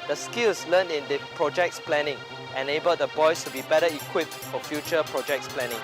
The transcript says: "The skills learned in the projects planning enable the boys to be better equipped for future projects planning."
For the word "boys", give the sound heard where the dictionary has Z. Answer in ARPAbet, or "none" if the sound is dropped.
S